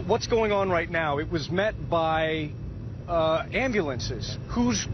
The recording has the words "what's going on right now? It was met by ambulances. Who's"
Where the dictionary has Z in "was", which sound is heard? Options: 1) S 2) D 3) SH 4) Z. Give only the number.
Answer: 4